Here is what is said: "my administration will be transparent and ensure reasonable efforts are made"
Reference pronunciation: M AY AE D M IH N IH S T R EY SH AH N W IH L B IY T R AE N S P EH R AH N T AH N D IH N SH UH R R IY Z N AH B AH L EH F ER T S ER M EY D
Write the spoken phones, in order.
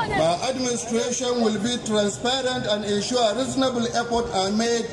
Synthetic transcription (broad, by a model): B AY AE D M IH N IH S T R EY SH AH N W IH L B IY T R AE N S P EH R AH N T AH N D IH N SH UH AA R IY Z N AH B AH L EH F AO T AA M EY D